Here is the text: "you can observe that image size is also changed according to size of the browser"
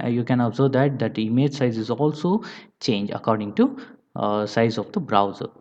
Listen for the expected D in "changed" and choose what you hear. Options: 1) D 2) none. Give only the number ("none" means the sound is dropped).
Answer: 2